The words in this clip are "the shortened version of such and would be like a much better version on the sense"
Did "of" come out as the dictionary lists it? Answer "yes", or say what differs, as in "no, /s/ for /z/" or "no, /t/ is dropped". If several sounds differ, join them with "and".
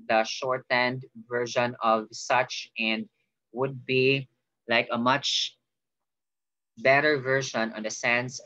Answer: yes